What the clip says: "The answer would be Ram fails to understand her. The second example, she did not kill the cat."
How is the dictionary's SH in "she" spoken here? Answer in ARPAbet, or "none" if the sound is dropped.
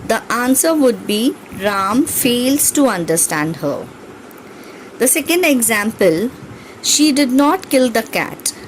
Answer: SH